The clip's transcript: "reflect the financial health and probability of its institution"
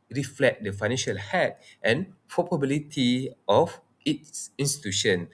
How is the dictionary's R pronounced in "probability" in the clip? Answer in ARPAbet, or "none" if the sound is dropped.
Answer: none